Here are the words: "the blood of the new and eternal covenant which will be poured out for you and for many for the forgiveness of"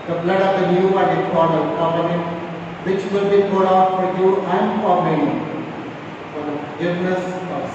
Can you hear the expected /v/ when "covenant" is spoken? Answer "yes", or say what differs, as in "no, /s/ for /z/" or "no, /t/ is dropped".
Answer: no, /p/ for /v/